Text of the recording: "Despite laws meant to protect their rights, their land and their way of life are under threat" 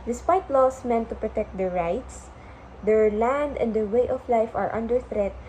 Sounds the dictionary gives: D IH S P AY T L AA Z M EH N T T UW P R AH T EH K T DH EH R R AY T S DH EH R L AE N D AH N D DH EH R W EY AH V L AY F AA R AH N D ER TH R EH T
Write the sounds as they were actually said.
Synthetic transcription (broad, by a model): D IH S P AY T L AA S M EH N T T UW P R AH T EH K T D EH R R AY T S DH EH R L AE N D AH N D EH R W EY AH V L AY F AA R AH N D ER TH R EH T